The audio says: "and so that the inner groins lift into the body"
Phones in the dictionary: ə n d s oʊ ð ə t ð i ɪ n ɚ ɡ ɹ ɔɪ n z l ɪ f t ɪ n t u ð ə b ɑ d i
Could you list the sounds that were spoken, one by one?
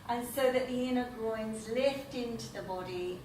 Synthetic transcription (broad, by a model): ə n s oʊ ð ə t ð i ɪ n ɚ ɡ ɹ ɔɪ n z l ɪ f t ɪ n t u ð ə b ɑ d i